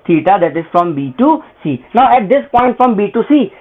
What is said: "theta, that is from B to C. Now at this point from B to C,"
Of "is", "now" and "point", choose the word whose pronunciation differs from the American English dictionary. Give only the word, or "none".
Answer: is